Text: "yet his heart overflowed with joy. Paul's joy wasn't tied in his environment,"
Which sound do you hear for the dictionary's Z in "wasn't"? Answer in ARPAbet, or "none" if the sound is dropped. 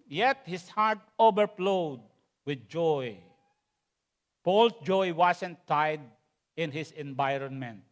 S